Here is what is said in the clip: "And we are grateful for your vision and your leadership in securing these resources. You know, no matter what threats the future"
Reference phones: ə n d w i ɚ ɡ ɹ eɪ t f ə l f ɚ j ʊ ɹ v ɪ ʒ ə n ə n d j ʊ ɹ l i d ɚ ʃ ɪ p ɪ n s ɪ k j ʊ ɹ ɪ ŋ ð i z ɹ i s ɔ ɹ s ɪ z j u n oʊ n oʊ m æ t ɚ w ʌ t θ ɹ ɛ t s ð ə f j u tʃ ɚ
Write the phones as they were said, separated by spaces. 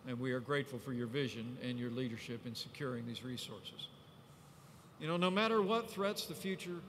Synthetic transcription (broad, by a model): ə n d w i ɚ ɡ ɹ eɪ t f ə l f ɚ j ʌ ɹ v ɪ ʒ ə n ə n j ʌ ɹ l i d ɚ ʃ ɪ p ɪ n s ɪ k j ʊ ɹ ɪ ŋ ð i z ɹ i s ɔ ɹ s ɪ z j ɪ n oʊ n oʊ m æ t ɚ w ʌ t θ ɹ ɛ t s ð ə f j u tʃ ɚ